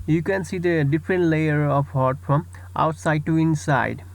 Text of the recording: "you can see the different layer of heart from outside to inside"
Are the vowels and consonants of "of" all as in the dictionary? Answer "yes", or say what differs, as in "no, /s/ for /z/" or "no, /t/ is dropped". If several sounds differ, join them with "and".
no, /p/ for /v/